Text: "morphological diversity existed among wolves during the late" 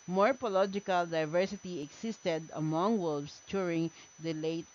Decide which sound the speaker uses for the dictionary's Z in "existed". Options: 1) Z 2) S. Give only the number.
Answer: 2